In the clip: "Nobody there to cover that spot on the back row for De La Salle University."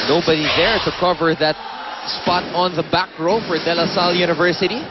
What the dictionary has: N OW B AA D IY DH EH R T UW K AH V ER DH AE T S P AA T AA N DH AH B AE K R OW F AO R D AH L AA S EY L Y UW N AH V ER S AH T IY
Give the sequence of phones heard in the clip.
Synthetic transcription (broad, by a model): N OW B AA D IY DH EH R T UW K AH V ER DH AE T S P AA T AA N DH AH B AE K R OW F AO R D AH L AA S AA L Y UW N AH V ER S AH T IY